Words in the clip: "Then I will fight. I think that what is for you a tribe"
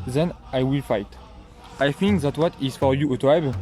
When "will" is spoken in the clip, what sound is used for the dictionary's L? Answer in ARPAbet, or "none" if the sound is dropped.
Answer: L